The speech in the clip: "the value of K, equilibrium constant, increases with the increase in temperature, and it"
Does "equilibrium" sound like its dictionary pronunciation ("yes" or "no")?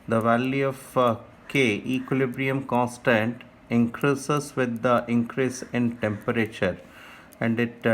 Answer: yes